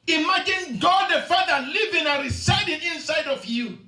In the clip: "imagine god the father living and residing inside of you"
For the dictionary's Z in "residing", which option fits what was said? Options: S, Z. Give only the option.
S